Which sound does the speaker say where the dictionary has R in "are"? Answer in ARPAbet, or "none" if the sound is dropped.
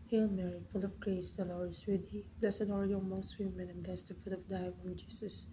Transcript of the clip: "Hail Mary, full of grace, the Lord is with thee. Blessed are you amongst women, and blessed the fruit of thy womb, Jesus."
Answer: L